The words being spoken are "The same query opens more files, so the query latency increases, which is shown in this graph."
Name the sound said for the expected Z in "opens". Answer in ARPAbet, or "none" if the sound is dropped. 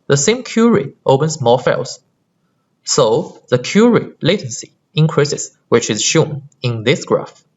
S